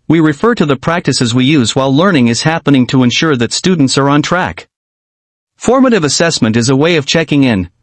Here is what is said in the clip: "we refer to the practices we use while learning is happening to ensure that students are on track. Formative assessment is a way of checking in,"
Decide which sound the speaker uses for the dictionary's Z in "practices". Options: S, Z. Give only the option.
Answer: Z